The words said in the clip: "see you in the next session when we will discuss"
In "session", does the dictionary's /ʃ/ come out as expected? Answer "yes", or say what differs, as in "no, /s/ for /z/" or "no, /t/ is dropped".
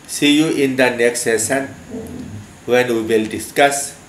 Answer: no, /s/ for /ʃ/